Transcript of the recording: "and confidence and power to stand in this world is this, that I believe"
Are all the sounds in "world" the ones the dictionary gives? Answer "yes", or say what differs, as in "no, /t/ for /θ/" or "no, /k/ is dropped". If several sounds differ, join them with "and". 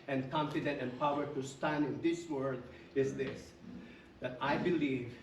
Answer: no, /l/ is dropped